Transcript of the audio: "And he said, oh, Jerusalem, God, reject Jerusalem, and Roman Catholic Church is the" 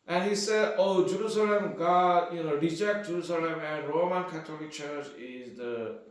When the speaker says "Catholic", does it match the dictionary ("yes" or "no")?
no